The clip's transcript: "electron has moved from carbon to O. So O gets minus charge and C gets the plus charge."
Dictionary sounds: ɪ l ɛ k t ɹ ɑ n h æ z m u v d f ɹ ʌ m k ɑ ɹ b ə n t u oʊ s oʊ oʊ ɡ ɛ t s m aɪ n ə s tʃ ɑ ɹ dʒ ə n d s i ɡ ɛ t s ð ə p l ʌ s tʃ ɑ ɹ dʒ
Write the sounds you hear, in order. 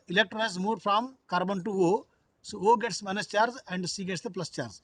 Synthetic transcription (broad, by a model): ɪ l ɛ k t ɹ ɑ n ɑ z m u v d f ɹ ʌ m k ɑ ɹ b ə n t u oʊ s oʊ oʊ ɡ ɛ t s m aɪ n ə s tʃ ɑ ɹ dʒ ə n d s i ɡ ɛ t s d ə p l ʌ s tʃ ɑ ɹ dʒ